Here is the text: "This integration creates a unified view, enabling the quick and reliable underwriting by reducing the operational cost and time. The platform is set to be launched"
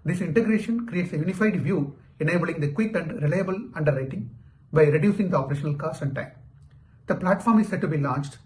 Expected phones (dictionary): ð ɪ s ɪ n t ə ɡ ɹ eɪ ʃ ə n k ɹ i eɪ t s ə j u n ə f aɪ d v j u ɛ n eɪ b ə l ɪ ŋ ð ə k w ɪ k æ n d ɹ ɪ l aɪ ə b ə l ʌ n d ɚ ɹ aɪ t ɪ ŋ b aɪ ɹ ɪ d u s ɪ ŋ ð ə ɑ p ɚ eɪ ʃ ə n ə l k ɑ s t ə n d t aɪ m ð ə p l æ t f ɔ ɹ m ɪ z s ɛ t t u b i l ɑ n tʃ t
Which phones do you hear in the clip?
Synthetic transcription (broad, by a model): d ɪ s ɪ n t ə ɡ ɹ eɪ ʃ ə n k ɹ i eɪ t s ə j u n ə f aɪ d v j u ɛ n eɪ b ə l ɪ ŋ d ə k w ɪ k æ n d ɹ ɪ l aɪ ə b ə l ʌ n d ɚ ɹ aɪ t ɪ ŋ b aɪ ɹ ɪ d u s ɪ ŋ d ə ɑ p ɚ eɪ ʃ ə n ə l k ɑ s ə n d t aɪ m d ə p l æ t f ɔ ɹ m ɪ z s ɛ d t u b i l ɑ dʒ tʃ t